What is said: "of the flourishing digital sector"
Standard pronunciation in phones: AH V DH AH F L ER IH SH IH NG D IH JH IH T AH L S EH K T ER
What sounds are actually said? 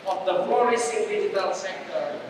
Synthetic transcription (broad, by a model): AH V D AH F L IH S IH D IH JH IH T AH L S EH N T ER